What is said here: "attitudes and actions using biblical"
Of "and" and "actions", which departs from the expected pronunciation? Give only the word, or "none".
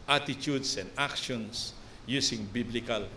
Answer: actions